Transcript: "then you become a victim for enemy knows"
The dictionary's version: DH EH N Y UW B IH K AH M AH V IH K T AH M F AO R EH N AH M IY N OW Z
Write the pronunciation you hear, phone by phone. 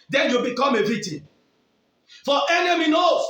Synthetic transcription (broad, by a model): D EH N Y UW B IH K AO M AH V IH T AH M F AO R EH N AH M IY N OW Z